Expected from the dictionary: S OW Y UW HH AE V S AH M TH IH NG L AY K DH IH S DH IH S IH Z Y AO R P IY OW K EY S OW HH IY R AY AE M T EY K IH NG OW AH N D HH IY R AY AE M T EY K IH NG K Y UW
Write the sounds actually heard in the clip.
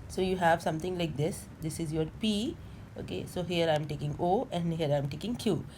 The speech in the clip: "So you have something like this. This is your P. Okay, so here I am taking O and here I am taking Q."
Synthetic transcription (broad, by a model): S OW Y UW HH AE V S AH M T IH NG L AY K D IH S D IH S IH Z Y AO R P IY OW K EY S OW HH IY R AY M T EY K IH NG OW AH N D HH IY R AY M T EY K IH NG K Y UW